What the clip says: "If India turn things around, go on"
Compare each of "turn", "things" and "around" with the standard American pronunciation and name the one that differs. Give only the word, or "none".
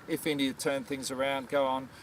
none